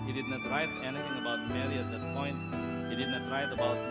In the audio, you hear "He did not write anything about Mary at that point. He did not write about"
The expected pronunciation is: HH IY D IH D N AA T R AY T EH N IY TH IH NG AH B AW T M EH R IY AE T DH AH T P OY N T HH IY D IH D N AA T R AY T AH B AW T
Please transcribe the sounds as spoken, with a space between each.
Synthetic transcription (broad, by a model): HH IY D IH D N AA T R AY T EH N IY T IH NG AH B AW T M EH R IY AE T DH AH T P OY N T HH IY D IH D N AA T R AY T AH B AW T